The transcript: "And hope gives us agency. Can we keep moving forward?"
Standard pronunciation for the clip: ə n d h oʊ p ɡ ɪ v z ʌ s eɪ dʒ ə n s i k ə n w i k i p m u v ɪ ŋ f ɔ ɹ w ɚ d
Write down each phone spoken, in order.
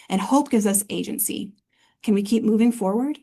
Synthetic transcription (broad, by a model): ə n h oʊ p ɡ ɪ v z ʌ s eɪ dʒ ə n s i k ə n w i k i p m u v ɪ ŋ f ɔ ɹ w ɚ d